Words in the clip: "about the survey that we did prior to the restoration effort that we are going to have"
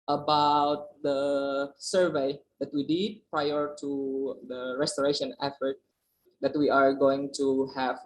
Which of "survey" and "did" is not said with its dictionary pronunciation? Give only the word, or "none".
none